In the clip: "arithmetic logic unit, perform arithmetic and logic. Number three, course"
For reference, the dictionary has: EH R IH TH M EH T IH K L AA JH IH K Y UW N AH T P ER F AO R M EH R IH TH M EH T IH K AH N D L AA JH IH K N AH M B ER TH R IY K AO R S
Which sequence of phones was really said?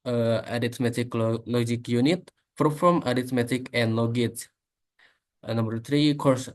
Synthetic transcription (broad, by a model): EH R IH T M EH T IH K L AA JH IH K Y UW N AH T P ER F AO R M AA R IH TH M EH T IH K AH N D L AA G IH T N AH M B ER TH R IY K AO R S